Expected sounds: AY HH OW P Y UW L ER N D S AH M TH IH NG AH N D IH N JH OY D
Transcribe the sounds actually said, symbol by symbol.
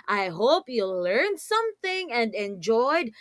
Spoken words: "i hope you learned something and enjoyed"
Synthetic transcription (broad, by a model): AY HH OW P Y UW L ER N D S AH M TH IH NG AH N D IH N JH OY D